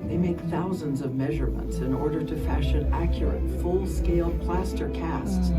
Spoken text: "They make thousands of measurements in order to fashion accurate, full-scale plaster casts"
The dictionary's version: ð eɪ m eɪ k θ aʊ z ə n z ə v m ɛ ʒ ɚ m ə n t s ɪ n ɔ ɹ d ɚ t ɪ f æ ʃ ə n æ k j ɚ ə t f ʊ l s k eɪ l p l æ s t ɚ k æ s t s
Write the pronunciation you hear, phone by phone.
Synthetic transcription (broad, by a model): ð eɪ m eɪ k θ aʊ z ə n z ə v m ɛ ʒ ɚ m ə n t s ɪ n ɔ ɹ d ɚ t ɪ f æ ʃ ə n æ k j ɚ ə t f ʊ l s k eɪ l p l æ s t ɚ k æ s t s